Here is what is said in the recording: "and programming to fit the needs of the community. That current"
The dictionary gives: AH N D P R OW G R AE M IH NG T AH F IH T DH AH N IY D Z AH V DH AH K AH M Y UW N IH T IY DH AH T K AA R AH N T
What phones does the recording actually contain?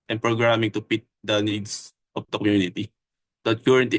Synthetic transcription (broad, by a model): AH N P R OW G R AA M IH NG T AH P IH T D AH N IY D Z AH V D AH K AH M Y UW N IH T IY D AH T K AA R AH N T